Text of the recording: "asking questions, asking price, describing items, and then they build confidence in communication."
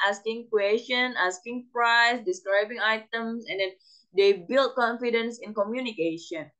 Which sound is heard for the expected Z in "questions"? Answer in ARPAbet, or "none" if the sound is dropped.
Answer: none